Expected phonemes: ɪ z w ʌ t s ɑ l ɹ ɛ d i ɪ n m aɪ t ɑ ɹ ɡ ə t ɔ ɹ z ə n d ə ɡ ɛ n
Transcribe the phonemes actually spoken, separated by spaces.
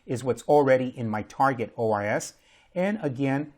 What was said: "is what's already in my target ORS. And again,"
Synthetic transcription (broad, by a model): ɪ z w ʌ t s l ɹ ɛ d i ɪ n m aɪ t ɑ ɹ ɡ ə t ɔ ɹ s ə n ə ɡ ɛ n